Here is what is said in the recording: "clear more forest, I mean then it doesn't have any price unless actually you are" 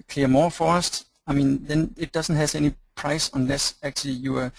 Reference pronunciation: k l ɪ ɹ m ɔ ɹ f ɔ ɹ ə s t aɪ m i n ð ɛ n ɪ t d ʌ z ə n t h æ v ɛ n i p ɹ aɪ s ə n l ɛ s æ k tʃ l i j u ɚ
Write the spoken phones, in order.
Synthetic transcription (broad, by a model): k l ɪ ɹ m ɔ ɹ f ɔ ɹ ə s t aɪ m i n ð ɛ n ɪ t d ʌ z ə n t h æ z ɛ n i p ɹ aɪ s ə n l ɛ s æ k tʃ l i j u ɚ